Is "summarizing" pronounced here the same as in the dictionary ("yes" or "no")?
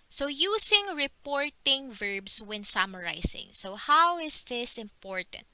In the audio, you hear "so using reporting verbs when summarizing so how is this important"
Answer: no